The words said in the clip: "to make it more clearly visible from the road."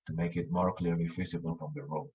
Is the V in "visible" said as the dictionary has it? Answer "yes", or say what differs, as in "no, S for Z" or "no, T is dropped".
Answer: no, F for V